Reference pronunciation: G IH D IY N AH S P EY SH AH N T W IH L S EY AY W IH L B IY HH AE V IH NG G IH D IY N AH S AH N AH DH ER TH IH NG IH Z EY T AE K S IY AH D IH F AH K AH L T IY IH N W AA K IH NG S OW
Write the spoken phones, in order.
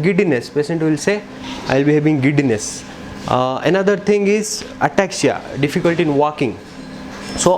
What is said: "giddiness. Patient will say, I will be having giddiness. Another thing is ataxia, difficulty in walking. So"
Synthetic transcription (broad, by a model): G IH D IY N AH S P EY S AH N T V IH L S EY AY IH L B IY HH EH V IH NG G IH D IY N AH S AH N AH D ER T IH NG IH Z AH T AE K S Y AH D IH F AH K AH L T IY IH N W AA K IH NG S OW